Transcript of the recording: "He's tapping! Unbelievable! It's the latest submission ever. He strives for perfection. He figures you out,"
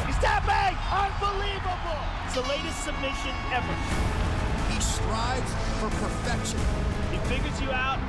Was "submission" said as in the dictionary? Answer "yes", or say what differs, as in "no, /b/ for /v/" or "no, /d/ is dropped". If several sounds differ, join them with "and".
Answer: yes